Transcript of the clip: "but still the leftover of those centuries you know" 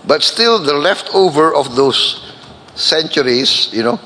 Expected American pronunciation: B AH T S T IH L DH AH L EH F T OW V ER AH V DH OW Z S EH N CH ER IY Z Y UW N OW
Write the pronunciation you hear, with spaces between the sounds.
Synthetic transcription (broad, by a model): B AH T S T IH L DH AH L EH F T OW V ER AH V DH OW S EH N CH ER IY S Y UW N OW